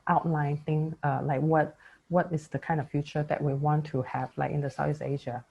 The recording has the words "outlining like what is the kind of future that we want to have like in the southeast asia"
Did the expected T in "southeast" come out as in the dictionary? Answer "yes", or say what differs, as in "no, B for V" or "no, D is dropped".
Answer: no, T is dropped